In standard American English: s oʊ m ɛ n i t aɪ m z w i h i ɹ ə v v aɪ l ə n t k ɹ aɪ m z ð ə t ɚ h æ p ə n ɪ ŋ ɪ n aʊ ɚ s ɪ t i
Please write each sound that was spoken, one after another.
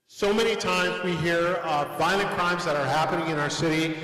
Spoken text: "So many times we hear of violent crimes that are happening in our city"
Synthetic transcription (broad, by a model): s oʊ m ɛ n i t aɪ m z w i h i ɹ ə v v aɪ l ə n k ɹ aɪ m z ð ə t ɚ h æ p ə n ɪ ŋ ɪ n aʊ ɚ s ɪ t i